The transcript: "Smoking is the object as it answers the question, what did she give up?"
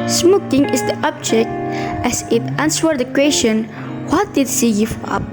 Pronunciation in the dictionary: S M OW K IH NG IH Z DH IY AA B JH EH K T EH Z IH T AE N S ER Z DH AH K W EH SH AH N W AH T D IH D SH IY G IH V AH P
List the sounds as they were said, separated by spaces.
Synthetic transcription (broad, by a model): S M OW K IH NG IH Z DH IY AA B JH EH K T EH S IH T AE N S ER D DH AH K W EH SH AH N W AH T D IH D S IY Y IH F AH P